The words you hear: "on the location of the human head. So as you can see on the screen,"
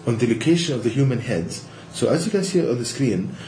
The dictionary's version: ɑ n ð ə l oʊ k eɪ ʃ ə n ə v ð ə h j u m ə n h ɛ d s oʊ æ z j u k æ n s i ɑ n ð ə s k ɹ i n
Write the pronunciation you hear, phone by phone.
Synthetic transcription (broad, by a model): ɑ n ð ə l oʊ k eɪ ʃ ə n ə v ð ə h j u m ə n h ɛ d s oʊ æ z j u k æ n s i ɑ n ð ə s k ɹ i n